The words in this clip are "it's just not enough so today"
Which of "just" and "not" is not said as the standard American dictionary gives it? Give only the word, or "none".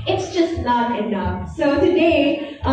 not